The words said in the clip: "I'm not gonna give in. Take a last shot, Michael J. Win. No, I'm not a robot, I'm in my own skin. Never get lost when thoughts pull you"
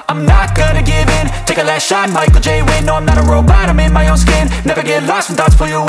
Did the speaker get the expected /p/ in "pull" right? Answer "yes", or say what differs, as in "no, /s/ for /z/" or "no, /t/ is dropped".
no, /f/ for /p/